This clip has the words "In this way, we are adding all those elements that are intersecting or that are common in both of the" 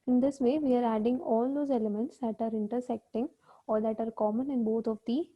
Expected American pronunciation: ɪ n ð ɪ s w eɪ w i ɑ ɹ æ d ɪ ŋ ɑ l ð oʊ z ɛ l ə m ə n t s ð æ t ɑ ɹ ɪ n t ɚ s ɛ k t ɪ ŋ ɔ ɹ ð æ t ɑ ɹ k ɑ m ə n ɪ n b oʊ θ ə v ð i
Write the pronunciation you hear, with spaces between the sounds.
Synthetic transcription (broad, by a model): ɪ n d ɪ s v eɪ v i ɑ ɹ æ d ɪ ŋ ɑ l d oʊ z ɛ l ə m ə n t s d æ t ɑ ɹ ɪ n t ɚ s ɛ k t ɪ ŋ ɔ ɹ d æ t ɑ ɹ k ɑ m ə n ɪ n b oʊ t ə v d i